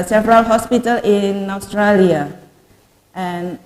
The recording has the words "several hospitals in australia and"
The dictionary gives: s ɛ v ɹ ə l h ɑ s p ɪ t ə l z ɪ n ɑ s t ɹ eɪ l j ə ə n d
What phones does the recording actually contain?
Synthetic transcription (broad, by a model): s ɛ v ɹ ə l h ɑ s p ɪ t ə l ɪ n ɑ s t ɹ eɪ l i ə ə n